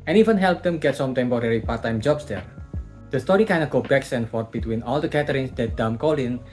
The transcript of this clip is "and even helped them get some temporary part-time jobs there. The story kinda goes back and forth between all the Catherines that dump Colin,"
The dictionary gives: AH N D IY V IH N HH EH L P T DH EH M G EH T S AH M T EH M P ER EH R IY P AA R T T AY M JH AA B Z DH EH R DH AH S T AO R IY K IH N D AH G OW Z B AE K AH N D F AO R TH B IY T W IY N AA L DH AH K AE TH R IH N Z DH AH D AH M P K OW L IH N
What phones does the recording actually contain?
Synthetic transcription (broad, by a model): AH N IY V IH N HH EH L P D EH M G EH T S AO M T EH M P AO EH R IY P AA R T T AY M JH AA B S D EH R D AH S T AO R IY K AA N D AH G OW B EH K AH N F AO R T B IY T W IY N AA L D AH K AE T R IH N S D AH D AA M K OW L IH N